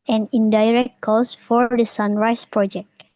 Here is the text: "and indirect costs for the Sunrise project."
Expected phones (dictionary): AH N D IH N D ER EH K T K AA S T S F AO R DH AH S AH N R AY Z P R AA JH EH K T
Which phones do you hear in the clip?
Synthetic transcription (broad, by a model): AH N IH N D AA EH K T K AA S S F AO R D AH S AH N R AY S P R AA JH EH K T